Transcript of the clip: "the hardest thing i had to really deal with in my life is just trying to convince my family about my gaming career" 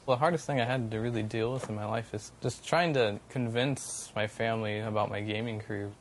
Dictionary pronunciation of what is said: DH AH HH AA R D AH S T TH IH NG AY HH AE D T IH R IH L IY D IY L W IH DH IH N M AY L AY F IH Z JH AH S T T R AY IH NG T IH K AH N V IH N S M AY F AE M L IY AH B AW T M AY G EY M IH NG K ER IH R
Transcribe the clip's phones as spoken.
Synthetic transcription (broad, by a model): DH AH HH AA R D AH S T TH IH NG AY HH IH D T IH R IH L IY D IY L W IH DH IH N M AY L AY F IH Z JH AH S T T R AY IH NG T IH K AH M V IH N S M AY F AE M L IY AH B AW T M AY G EY M IH NG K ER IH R